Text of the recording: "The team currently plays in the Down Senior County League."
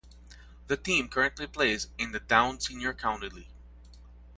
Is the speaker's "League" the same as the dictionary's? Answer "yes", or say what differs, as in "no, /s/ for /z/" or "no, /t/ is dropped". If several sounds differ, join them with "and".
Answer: no, /ɡ/ is dropped